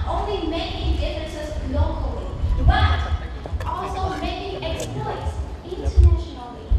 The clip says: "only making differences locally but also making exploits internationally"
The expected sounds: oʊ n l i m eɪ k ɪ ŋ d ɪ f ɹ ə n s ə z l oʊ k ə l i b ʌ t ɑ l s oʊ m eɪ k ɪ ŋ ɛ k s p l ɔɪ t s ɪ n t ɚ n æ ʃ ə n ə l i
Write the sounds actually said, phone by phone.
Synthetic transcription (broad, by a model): oʊ n l i m eɪ k ɪ ŋ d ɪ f ə s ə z l oʊ k ə l i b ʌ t ɑ l s oʊ m eɪ k ɪ ŋ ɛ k s p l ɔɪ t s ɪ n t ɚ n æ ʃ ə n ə l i